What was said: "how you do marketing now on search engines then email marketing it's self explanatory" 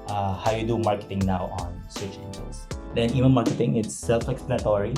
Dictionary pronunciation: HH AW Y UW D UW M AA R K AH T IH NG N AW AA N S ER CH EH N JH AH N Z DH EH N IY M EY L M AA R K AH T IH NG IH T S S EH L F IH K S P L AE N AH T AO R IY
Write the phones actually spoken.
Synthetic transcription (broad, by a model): HH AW Y UW D UW M AA R K AH T IH NG N AW AA N S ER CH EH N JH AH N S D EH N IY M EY N M AA R K AH T IH NG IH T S S EH L F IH K S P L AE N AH T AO R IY